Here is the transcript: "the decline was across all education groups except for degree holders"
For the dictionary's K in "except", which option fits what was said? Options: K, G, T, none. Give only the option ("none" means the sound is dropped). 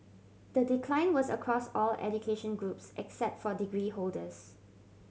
K